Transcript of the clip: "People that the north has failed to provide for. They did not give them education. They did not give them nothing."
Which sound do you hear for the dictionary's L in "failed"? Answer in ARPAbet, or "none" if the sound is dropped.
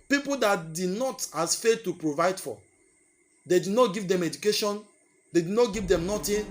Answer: none